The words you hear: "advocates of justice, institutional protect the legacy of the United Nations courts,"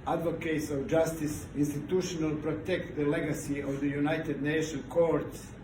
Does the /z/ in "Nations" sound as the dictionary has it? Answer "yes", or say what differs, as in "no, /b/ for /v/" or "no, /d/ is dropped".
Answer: no, /z/ is dropped